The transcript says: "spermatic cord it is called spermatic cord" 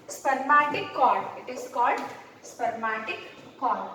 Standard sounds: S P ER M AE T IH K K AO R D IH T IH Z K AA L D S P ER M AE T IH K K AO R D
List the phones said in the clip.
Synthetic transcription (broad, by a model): S P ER M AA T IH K K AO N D IH T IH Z K AA L D S P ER M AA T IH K K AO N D